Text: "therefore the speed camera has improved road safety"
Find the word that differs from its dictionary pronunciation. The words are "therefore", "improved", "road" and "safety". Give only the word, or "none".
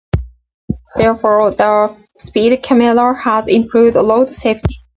road